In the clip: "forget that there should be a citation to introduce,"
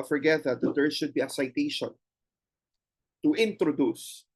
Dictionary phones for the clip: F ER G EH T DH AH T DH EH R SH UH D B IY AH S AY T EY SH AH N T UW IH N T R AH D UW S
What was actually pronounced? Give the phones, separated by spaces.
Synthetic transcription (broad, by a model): F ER G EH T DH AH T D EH R S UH D B IY AH S AY T EY SH AH N T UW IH N T R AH D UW S